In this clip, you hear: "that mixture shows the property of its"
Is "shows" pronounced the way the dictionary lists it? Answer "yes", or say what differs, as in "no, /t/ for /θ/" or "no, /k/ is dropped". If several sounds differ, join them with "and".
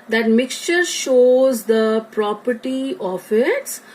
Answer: yes